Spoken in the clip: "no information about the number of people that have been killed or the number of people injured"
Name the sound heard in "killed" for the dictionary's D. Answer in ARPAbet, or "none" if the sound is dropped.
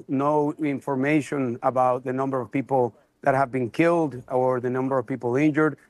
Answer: D